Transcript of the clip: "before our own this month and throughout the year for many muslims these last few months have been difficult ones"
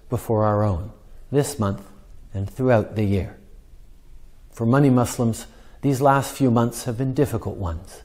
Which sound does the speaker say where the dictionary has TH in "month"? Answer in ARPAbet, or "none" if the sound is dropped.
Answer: TH